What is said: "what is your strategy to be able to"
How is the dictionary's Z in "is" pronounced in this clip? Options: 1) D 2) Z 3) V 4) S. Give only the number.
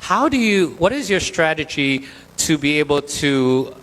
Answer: 2